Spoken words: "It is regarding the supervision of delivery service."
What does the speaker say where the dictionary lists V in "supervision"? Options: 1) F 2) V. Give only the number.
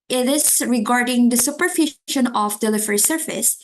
1